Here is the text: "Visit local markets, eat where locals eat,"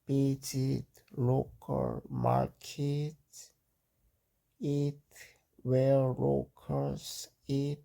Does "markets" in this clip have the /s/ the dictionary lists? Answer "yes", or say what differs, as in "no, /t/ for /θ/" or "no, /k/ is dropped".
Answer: no, /s/ is dropped